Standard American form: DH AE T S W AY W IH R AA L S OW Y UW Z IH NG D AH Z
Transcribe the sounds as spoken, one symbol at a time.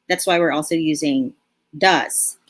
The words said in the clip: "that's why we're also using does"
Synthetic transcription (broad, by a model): DH AE T S W AY W IH R AA L S OW Y UW Z IH NG D AH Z